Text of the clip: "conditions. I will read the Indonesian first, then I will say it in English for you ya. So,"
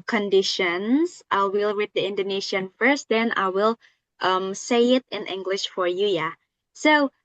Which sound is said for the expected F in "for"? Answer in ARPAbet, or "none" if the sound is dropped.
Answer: F